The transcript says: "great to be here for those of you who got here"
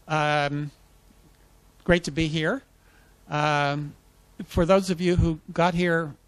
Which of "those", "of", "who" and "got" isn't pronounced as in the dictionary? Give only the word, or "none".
none